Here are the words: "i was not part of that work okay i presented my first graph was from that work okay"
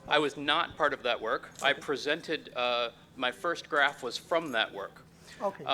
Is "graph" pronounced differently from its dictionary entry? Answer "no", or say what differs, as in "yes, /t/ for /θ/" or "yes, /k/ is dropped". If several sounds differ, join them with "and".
no